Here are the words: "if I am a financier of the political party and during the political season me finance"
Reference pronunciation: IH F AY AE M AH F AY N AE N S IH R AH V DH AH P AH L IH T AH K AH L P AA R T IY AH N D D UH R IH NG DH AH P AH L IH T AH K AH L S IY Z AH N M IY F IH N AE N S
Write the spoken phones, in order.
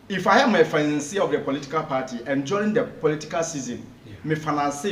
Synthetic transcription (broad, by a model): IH F AY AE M AH F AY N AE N S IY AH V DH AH P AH L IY T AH K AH L P AA T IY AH N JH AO IH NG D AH P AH L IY T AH K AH L S IY Z AH N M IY F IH N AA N S